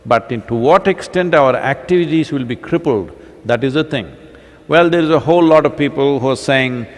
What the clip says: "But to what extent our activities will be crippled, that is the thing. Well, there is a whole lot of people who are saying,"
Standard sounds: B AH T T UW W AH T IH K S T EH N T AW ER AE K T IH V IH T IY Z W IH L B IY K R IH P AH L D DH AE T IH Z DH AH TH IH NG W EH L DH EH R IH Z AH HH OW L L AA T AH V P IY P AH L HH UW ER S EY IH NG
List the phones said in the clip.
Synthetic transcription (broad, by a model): B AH T T UW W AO T IH K S T EH N T AW ER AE K T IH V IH T IY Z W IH L B IY K R IH P AH L D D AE T IH Z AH T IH NG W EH L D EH R IH Z AH HH OW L L AA T AH V P IY P AH L HH UW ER S EY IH NG